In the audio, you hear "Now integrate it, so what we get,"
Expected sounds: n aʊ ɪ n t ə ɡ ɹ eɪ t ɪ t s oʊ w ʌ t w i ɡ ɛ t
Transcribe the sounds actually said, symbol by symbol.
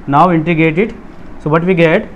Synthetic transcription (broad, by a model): n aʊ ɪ n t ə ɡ eɪ t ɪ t s oʊ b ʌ t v i ɡ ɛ t